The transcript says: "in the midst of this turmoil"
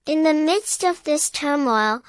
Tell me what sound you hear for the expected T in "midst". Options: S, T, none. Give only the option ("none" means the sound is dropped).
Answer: T